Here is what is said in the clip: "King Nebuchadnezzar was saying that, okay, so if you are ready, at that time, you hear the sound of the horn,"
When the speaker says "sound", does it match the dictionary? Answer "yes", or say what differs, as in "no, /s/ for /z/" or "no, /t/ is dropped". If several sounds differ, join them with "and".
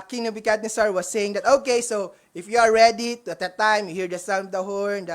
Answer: no, /d/ is dropped